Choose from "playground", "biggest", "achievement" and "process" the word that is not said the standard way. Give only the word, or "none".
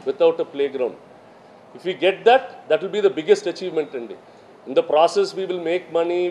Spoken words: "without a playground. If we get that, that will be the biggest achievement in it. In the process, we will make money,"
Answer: none